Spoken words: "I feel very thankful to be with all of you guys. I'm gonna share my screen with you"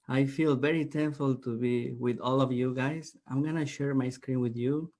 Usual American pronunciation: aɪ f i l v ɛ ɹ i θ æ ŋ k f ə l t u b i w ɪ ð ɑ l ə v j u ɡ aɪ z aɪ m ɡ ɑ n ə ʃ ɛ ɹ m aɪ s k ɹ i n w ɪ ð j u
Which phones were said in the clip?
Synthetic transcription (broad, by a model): aɪ f i l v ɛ ɹ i t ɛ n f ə l t u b i w ɪ ð ɑ l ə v j u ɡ aɪ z aɪ m ɡ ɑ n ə ʃ ɛ ɹ m aɪ s k ɹ i n w ɪ ð j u